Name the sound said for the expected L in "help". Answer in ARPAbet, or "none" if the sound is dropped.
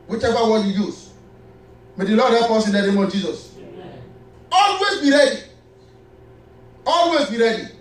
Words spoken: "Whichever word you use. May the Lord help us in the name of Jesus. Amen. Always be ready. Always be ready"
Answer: none